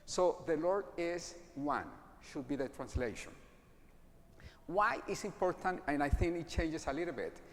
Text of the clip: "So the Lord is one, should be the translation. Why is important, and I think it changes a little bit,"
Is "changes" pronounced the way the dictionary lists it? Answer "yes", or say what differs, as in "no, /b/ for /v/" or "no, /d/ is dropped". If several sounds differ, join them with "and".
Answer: no, /s/ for /z/